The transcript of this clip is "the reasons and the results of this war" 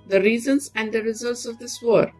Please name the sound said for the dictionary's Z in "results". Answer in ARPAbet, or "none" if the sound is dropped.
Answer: Z